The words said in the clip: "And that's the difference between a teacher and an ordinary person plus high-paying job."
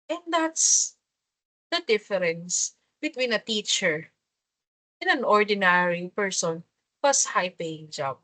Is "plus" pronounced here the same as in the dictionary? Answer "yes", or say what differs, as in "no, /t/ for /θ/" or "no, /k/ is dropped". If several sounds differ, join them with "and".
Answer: no, /l/ is dropped